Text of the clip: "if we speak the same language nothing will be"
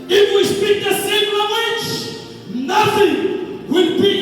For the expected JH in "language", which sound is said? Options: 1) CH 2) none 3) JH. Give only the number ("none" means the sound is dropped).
1